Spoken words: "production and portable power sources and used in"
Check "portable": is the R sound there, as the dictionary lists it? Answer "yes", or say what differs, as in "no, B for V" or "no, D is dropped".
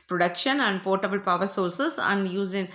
yes